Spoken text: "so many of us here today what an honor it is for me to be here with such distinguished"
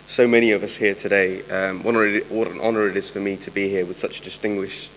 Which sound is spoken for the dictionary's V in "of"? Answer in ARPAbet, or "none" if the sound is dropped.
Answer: V